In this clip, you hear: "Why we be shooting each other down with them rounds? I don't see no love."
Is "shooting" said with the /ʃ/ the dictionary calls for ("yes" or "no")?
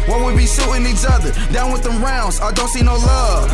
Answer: no